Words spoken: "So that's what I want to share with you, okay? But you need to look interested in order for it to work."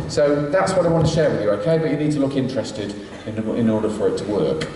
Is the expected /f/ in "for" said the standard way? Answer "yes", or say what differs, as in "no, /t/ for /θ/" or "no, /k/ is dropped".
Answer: yes